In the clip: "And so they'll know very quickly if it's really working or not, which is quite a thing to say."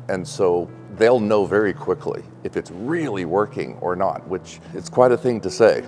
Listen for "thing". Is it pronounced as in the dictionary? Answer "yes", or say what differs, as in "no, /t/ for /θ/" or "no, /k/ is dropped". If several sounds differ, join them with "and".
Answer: yes